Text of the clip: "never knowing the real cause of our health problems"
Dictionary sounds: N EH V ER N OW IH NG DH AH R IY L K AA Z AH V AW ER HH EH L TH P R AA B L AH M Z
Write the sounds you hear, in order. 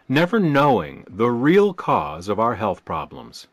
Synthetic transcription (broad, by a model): N EH V ER N OW IH NG DH AH R IY L K AA Z AH V AW ER HH EH L TH P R AA B L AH M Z